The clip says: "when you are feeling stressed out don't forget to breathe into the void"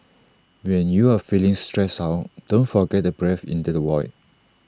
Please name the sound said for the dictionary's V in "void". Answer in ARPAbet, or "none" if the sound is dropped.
W